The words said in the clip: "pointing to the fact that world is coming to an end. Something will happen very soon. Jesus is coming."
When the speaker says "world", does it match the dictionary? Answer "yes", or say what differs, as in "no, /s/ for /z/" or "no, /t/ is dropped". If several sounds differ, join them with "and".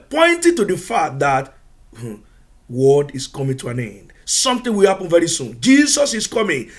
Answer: no, /l/ is dropped